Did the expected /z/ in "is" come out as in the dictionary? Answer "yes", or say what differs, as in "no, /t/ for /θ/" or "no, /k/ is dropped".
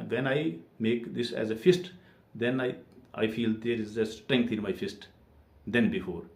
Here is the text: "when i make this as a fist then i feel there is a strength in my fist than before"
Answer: yes